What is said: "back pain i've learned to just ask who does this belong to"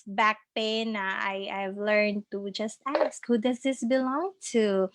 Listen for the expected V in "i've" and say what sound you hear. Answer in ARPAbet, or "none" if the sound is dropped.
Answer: V